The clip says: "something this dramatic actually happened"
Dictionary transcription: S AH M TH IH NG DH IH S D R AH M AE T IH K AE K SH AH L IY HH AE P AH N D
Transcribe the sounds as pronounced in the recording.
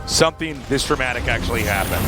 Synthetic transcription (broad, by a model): S AH M TH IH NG DH IH S D R AH M AE T IH K AE K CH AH L IY HH AE P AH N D